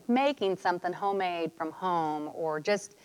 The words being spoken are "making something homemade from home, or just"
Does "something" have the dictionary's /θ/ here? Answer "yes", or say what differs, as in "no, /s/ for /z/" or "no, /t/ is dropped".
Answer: yes